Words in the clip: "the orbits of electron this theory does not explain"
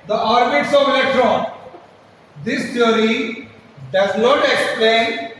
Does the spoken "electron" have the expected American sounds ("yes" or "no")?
no